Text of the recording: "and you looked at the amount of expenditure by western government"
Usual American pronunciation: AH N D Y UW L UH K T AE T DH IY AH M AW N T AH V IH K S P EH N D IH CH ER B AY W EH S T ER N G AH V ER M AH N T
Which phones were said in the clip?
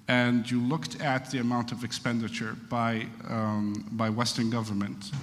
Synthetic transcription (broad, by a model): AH N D Y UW L UH K T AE T DH IY AH M AW N T AH V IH K S P EH N D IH CH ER B AY W EH S T ER N G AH V ER M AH N T